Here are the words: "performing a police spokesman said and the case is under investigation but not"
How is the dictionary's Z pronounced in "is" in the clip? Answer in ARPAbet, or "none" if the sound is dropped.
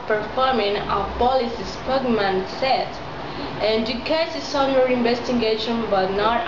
S